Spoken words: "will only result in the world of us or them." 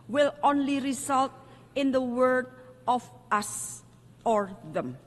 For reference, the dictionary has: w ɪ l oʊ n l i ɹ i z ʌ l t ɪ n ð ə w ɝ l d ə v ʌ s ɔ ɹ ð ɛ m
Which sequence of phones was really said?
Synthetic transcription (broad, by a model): w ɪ l oʊ n l i ɹ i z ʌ l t ɪ n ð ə w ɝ d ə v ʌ s ɔ ɹ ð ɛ m